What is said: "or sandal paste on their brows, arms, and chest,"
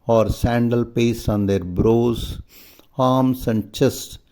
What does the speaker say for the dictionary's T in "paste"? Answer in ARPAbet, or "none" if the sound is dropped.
none